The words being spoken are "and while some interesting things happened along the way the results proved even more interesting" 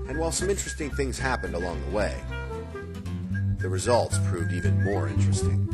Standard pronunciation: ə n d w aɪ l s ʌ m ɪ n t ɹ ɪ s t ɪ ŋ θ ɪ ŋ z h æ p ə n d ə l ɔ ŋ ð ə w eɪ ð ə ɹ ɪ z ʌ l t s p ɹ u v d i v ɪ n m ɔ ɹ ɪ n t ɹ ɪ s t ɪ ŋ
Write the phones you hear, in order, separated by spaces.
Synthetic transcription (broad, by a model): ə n w aɪ l s ʌ m ɪ n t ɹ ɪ s t ɪ ŋ θ ɪ ŋ z h æ p ə n d ə l ɔ ŋ ð ə w eɪ ð ə ɹ ɪ z ʌ l t s p ɹ u v d i v ɪ n m ɔ ɹ ɪ n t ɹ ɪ s t ɪ ŋ